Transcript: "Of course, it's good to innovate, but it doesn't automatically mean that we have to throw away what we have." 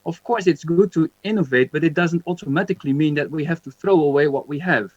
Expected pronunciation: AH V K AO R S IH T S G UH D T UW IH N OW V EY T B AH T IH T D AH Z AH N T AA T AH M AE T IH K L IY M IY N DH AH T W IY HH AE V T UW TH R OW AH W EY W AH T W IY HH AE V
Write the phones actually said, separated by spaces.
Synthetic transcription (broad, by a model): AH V K AO R S IH T S G UH D T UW IH N OW V EY T B AH T IH T D AH Z AH N T AA T AH M AE T IH K L IY M IY N DH AH T W IY HH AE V T UW TH R OW AH W EY W AH T W IY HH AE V